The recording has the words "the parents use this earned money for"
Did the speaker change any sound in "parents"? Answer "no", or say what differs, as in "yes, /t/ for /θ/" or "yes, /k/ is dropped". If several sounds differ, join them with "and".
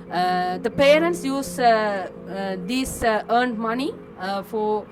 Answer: no